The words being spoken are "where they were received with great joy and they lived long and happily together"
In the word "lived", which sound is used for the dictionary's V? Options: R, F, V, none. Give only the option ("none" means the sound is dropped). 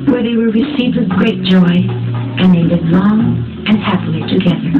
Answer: none